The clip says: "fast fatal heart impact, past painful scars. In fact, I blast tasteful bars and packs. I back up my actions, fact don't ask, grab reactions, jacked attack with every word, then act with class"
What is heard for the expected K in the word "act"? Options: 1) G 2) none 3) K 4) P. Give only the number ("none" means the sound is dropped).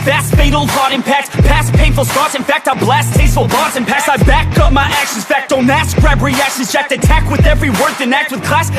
3